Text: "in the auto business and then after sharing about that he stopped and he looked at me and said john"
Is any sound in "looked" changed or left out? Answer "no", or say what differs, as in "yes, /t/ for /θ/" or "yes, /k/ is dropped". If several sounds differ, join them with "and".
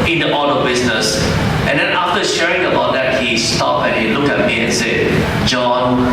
yes, /t/ is dropped